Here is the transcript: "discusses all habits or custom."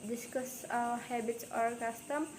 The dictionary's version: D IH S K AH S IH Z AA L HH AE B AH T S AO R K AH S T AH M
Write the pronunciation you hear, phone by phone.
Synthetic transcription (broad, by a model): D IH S K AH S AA HH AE B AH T AO R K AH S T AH M